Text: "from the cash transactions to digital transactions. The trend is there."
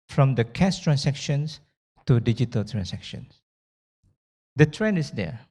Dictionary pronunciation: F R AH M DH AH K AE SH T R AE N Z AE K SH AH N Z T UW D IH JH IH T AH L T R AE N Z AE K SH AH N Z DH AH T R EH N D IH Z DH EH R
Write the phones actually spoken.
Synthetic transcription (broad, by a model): F R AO M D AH K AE S T R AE N S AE K SH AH N S T UW D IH JH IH T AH L T R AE N S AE K SH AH N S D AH T R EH N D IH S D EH